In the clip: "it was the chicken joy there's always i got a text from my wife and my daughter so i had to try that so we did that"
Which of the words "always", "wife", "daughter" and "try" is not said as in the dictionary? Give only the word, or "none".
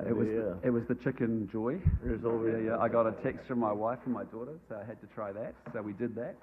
always